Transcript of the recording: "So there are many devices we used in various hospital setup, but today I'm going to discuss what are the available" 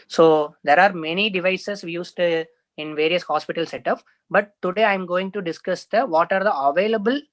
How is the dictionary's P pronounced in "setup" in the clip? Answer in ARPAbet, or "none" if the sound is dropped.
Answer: F